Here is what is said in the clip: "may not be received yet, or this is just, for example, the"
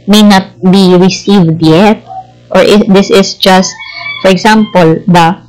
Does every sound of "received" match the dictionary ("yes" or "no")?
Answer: yes